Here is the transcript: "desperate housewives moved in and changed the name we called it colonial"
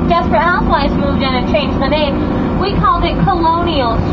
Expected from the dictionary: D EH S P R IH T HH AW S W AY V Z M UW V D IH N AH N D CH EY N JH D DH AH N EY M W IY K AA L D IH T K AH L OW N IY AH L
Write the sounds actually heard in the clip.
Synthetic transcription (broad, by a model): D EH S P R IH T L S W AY Z M UW V D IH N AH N CH EY N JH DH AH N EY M W IY K AA L D IH T K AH L OW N IY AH L